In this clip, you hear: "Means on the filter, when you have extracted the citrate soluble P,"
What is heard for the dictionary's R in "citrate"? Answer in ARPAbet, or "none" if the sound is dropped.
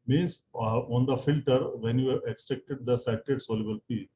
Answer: none